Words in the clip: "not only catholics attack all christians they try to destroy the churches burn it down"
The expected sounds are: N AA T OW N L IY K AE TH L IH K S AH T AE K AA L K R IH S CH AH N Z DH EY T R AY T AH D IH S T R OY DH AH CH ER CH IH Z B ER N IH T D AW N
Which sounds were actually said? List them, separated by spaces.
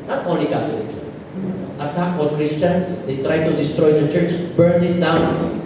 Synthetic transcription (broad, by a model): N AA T OW N L IY K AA T L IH K S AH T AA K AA N K R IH S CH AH N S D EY T R AY T AH D IH S T R OY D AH CH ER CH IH S B ER N IH T D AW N